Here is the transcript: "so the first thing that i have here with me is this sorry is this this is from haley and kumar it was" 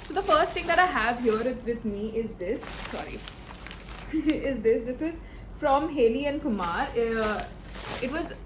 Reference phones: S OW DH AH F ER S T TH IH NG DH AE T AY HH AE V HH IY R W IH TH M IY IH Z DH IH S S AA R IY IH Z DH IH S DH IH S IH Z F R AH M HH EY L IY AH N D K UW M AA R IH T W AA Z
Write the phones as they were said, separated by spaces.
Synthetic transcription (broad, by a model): S OW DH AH F ER S T T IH NG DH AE T AY HH AE V HH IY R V IH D M IY IH Z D IH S S AA R IY IH Z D IH S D IH S IH Z F R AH M HH EY L IY AH N D K UW M AA R IH T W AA Z